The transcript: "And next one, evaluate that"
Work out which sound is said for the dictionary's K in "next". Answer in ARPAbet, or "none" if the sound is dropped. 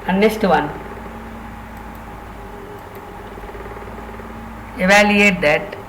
none